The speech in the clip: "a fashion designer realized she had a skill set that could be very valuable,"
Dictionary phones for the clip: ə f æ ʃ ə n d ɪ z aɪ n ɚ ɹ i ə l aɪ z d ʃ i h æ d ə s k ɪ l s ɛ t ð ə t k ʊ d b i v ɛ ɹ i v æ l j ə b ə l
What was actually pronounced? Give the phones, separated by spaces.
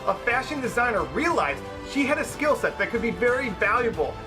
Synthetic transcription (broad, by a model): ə f æ ʃ ə n d ɪ z aɪ n ɚ ɹ i ə l aɪ z d ʃ i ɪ d ə s k ɪ l s ɛ t ð ə t k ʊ d b i v ɛ ɹ i v æ l j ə b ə l